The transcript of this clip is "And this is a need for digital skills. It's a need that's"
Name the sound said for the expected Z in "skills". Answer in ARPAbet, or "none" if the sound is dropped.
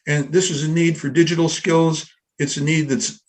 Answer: Z